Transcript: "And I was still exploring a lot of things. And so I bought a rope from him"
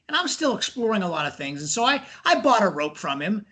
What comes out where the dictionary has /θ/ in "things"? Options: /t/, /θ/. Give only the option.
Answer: /θ/